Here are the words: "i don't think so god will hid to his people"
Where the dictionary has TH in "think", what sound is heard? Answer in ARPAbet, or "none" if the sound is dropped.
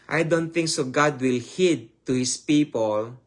T